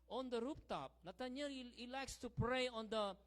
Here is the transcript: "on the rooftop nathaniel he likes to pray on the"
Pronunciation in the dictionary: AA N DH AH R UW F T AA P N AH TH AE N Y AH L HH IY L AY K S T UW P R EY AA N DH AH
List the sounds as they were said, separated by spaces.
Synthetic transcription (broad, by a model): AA N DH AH R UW P T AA P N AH T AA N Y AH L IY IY L AY K S T UW P R EY AA N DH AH